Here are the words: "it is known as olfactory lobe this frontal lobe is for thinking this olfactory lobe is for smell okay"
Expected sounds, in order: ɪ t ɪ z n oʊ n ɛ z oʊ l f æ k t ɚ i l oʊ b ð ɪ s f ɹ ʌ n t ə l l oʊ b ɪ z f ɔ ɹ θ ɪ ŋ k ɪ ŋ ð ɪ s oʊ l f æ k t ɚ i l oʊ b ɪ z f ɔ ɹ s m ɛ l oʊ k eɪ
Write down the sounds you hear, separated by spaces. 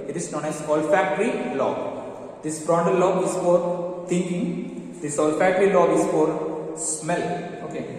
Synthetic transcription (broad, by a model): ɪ t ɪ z n oʊ n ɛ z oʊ l f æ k t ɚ i l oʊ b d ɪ s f ɹ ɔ n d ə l l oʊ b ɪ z f ɔ ɹ t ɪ ŋ k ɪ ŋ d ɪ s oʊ l f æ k t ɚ i l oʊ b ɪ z f ɔ ɹ s m ɛ l oʊ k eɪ